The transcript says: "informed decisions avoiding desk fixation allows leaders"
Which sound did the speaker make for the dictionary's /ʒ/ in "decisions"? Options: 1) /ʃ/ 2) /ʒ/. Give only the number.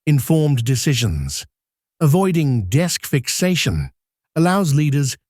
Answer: 2